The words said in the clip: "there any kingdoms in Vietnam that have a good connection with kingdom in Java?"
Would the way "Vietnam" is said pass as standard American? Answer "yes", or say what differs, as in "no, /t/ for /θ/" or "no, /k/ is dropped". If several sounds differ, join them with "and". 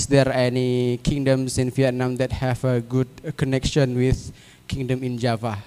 no, /f/ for /v/